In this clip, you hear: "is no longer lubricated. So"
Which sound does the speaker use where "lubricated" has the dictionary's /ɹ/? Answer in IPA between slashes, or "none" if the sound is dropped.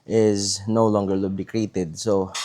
none